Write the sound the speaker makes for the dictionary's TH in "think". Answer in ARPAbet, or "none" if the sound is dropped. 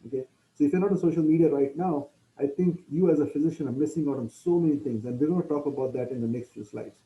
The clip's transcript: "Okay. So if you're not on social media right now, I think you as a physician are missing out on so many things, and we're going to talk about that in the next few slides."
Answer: T